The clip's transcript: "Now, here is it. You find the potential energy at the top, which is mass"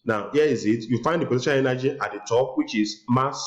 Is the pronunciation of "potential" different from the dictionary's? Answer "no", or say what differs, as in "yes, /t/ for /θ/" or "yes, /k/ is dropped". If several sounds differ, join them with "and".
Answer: yes, /n/ is dropped